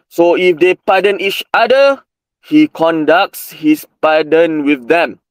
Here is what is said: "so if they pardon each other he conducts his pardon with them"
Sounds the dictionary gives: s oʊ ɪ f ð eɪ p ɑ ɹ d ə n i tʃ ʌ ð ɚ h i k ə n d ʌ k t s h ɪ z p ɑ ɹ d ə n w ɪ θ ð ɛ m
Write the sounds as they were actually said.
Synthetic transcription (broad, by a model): s oʊ ɪ f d eɪ p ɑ d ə n i tʃ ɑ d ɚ h i k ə n d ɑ k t s h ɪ s p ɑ d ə n w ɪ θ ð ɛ m